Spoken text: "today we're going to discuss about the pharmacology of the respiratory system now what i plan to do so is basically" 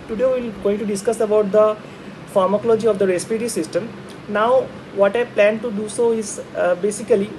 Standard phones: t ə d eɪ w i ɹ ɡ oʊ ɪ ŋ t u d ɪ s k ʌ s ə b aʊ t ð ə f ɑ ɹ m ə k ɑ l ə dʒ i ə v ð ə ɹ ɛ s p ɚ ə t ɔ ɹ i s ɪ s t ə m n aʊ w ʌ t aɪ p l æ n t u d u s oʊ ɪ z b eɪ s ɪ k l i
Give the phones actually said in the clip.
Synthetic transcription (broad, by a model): t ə d eɪ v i l ɡ oʊ ɪ ŋ t u d ɪ s k ʌ s ə b aʊ t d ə f ɑ ɹ m ə k ɑ l ə dʒ i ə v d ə ɹ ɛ s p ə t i s ɪ s t ə m n aʊ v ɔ t aɪ p l æ n t u d u s oʊ ɪ z b eɪ s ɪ k l i